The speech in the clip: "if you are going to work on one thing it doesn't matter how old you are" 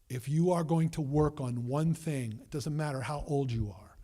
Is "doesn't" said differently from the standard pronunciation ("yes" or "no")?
no